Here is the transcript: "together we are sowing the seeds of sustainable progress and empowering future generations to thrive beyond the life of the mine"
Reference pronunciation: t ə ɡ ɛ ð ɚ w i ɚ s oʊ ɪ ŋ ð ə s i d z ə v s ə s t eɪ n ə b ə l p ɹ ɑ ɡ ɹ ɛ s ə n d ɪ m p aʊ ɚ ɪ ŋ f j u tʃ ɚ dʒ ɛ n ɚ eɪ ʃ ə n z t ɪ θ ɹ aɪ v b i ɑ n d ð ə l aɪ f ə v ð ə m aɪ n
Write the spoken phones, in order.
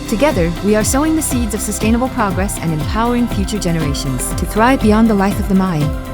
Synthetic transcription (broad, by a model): t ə ɡ ɛ ð ɚ w i ɚ s oʊ ɪ ŋ ð ə s i d z ə v s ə s t eɪ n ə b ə l p ɹ ɑ ɡ ɹ ɛ s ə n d ɪ m p aʊ ɚ ɪ ŋ f j u tʃ ɚ dʒ ɛ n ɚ eɪ ʃ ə n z t ɪ θ ɹ aɪ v b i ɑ n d ð ə l aɪ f ə v ð ə m aɪ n